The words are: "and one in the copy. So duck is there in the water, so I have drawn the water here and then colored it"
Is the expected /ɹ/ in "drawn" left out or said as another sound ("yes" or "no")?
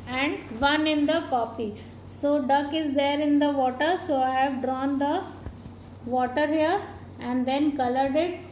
no